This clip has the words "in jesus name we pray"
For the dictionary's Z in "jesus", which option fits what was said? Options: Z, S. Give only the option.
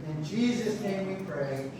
Z